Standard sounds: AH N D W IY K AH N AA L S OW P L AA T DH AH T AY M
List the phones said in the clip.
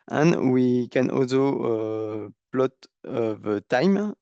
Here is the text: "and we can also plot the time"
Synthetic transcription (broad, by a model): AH N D W IY K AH N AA L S OW P L AA T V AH T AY M